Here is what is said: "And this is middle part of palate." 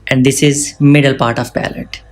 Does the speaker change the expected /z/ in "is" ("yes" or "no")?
no